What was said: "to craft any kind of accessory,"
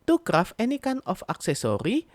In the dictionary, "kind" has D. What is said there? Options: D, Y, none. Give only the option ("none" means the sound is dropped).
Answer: none